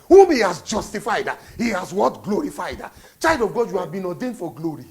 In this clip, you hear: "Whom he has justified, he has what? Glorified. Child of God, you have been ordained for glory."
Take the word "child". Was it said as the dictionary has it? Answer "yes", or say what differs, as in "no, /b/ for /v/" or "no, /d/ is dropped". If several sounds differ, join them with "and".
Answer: no, /l/ is dropped